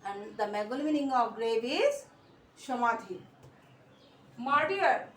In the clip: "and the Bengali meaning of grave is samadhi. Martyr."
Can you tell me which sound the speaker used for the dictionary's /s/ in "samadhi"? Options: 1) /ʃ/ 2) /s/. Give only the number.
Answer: 1